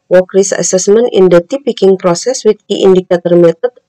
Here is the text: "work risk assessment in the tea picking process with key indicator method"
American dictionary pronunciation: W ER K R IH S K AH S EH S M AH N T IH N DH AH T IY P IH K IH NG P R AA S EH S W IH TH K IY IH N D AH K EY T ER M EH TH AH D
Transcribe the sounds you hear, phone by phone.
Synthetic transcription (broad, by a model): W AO K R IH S AH S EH S M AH N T IH N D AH T IY P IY K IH NG P R AA S EH S W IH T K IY N D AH K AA T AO M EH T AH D